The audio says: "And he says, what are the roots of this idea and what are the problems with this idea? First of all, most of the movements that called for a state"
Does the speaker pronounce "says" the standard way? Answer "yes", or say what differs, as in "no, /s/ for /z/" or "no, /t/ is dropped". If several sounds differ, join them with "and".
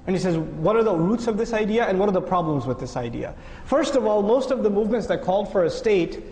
yes